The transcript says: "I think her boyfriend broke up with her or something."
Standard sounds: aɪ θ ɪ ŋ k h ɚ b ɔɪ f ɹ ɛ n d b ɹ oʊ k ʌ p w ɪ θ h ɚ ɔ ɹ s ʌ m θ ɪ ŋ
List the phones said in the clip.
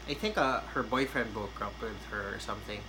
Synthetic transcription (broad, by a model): aɪ θ ɪ ŋ k h ɚ b ɔɪ f ɹ ɛ n d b oʊ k ʌ p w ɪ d h ɚ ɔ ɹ s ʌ m θ ɪ ŋ